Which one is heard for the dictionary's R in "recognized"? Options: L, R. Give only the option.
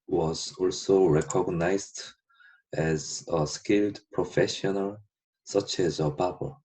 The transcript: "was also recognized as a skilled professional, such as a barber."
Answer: R